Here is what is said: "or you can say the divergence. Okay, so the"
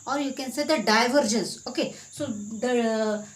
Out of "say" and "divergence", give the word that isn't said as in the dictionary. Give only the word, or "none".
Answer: none